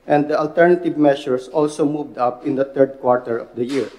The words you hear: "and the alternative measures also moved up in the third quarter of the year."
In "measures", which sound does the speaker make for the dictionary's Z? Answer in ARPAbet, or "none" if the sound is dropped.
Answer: S